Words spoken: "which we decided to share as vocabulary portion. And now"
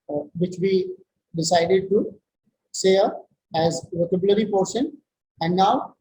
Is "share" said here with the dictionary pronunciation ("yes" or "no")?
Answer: no